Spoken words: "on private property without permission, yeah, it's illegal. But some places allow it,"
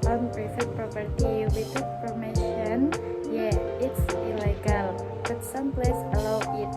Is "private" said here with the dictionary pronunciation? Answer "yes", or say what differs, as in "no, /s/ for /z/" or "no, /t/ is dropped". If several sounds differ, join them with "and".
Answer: no, /f/ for /v/